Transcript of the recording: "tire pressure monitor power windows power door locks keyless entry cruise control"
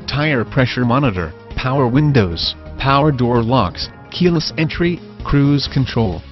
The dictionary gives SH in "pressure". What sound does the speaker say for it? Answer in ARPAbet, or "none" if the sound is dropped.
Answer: SH